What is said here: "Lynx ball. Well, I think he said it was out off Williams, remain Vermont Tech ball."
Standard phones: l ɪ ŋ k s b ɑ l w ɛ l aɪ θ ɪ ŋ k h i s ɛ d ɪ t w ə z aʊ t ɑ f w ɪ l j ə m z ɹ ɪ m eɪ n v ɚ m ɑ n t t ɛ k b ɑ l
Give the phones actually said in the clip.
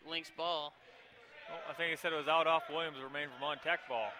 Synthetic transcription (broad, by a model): l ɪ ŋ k s b ɑ l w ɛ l aɪ θ ɪ ŋ k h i s ɛ d ɪ t w ə z aʊ t ɑ f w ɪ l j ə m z ɹ ɪ m eɪ n f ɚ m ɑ n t t ɛ k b ɑ l